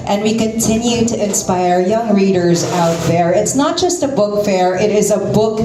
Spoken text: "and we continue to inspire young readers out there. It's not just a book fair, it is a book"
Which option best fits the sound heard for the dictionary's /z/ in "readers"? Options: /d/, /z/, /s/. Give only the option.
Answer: /z/